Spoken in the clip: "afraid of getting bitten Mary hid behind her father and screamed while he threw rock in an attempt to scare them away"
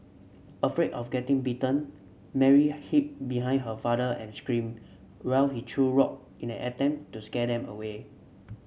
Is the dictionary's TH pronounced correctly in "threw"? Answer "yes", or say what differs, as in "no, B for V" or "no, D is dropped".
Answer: no, T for TH